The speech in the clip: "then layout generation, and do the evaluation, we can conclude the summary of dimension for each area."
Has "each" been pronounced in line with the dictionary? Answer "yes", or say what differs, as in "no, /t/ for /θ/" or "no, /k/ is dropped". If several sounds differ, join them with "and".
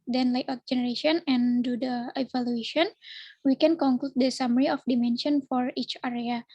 yes